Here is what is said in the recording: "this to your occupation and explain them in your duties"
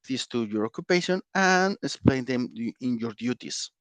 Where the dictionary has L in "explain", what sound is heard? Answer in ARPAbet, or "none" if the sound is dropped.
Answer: L